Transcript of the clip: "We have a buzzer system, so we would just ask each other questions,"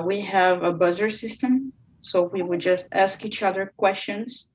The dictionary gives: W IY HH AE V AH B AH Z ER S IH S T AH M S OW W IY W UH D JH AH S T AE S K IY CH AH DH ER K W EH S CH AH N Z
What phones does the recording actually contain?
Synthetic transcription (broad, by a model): W IY HH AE V AH B AH Z ER S IH S T AH M S OW W IY W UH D JH AH S T AE S K IY CH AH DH ER K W EH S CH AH N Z